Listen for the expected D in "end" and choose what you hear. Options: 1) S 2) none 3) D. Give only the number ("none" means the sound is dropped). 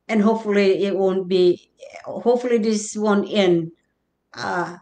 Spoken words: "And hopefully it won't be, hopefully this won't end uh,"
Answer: 2